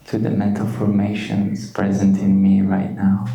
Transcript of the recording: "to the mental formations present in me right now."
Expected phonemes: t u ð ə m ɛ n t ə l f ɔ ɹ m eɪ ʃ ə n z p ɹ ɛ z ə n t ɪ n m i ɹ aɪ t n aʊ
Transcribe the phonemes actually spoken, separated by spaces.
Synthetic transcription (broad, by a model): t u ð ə m ɛ n t ə l f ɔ ɹ m eɪ ʃ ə n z p ɹ ɛ z ə n t ɪ n m i ɹ aɪ t n aʊ